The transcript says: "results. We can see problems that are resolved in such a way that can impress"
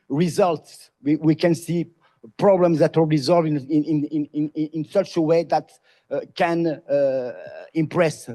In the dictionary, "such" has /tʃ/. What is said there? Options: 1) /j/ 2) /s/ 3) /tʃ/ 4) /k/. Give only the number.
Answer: 3